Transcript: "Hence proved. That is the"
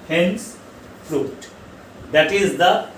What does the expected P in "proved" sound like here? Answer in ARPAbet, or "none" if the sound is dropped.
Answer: F